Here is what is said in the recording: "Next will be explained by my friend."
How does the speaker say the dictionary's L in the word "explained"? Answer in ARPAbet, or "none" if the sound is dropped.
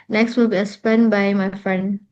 none